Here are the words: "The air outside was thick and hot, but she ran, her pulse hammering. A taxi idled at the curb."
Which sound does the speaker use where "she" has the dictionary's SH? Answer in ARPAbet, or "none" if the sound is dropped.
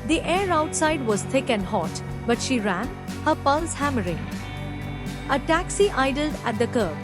SH